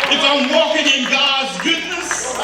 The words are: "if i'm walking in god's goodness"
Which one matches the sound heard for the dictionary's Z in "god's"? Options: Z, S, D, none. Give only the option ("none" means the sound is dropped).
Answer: Z